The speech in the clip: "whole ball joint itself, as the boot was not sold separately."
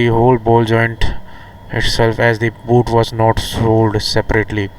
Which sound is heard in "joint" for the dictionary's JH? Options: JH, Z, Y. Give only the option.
JH